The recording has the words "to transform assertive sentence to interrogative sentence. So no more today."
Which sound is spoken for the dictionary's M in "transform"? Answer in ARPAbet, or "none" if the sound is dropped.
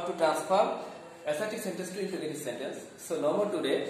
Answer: none